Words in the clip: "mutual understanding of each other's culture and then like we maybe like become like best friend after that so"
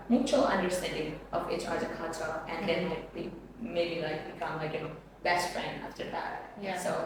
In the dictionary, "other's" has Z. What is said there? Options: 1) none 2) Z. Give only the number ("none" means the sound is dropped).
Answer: 1